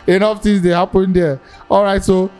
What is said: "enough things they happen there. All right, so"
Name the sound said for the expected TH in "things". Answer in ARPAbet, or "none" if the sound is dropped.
T